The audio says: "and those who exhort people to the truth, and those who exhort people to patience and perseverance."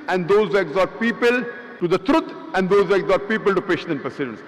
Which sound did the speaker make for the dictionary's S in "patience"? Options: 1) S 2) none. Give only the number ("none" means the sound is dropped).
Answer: 2